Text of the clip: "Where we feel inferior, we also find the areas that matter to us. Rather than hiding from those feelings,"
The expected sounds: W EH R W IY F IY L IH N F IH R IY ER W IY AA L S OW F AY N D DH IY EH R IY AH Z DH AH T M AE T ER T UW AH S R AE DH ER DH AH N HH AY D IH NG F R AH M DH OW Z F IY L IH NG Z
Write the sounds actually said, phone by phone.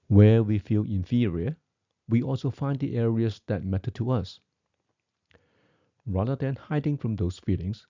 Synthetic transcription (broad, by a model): W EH W IY F IY L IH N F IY R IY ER W IY AA L S OW F AY N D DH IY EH R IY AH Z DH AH T M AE T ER T UW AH S R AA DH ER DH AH N HH AY D IH NG F R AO M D OW S F IY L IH NG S